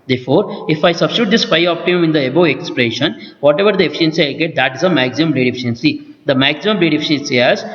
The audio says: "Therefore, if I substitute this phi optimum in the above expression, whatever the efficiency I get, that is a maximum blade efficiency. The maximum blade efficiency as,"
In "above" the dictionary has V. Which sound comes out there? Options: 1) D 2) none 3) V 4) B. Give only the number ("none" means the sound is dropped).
2